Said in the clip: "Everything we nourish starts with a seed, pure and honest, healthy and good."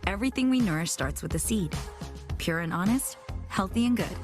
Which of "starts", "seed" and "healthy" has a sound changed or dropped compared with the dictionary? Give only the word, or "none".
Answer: none